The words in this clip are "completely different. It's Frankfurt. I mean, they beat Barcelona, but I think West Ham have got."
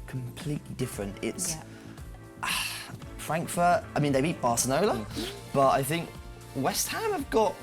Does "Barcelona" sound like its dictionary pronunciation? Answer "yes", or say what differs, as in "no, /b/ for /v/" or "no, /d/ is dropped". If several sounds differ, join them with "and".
no, /n/ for /l/ and /l/ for /n/